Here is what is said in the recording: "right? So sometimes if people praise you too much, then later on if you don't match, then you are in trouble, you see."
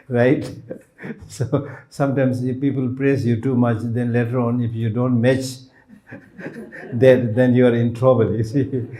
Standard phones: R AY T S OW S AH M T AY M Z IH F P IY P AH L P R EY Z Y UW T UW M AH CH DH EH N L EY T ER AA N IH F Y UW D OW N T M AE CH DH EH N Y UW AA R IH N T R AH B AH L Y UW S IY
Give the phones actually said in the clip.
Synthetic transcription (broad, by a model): R AY T S OW S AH M T AY M S IH F P IY P AH L P R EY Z Y UW T UW M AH CH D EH N L EY T ER AA N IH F Y UW D OW N T M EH CH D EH N Y UW AA R IH N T R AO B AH L Y UW S IY